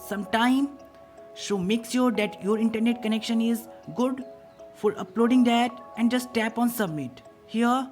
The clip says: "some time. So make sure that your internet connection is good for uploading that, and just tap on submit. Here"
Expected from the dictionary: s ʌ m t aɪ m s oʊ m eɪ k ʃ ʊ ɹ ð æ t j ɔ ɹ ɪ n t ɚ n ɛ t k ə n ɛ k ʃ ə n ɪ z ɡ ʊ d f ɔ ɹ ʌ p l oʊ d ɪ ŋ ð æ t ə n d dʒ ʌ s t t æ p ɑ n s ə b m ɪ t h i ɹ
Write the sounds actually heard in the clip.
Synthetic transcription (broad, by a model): s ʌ m t aɪ m ʃ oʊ m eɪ k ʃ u ɹ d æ t j ɔ ɹ ɪ n t ɚ n ɛ t k ə n ɛ k ʃ ə n ɪ z ɡ ʊ d f ɔ ɹ ʌ p l oʊ d ɪ ŋ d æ t ə n d dʒ ʌ s t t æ p ɑ n s ə b m ɪ t h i ɹ